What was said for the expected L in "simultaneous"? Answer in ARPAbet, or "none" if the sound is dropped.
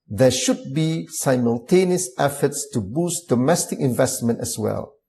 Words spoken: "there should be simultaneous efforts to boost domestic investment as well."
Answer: L